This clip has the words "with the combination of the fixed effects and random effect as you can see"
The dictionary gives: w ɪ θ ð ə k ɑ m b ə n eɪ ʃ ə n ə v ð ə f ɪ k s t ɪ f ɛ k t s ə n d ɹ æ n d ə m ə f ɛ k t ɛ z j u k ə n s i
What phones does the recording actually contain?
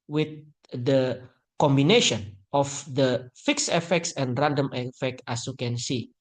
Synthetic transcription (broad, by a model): w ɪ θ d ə k ɑ m b ə n eɪ ʃ ə n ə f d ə f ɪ k s ɪ f ɛ k t s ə n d ɹ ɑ n d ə m ə f ɛ k t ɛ s j u k ə n s i